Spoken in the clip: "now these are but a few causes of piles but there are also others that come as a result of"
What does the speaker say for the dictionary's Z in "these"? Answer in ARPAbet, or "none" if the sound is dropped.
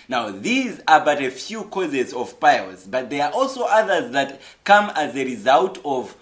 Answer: Z